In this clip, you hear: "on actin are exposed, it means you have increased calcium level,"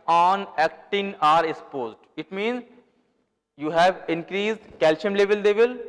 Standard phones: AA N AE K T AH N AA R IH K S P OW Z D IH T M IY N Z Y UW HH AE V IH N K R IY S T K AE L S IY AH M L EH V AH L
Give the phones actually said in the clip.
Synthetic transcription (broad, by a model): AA N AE K T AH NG AA R IH K S P OW Z D IH T M IY N Z Y UW HH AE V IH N K R IY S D K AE L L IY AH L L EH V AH L